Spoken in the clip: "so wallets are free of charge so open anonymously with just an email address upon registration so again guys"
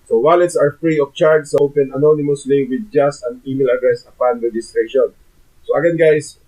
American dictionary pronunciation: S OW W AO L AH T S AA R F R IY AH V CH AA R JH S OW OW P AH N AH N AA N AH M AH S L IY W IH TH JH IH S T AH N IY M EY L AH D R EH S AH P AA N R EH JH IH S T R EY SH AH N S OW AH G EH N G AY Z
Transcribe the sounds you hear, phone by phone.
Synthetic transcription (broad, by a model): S OW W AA L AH T S AA R F R IY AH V CH AA R JH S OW OW P AH N AH N AA N AH M AH S L IY W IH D JH IH S T AH N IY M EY L AH D R EH S AH P AA N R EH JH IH S T R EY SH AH N S OW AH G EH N G AY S